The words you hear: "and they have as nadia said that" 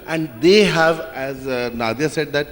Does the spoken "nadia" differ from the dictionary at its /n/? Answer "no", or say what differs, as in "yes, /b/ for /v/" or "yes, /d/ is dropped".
no